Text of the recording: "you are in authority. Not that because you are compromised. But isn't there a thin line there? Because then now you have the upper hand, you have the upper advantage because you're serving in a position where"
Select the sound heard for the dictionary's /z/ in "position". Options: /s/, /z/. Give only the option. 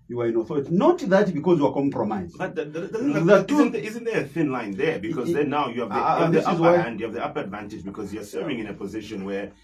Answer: /z/